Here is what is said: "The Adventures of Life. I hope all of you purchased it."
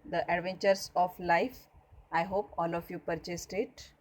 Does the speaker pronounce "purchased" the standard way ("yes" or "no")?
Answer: yes